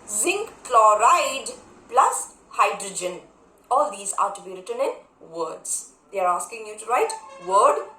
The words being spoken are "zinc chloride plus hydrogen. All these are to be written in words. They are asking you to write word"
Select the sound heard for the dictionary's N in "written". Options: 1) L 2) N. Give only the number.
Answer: 2